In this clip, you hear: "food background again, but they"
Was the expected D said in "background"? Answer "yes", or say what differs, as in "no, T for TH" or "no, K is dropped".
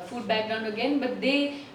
no, D is dropped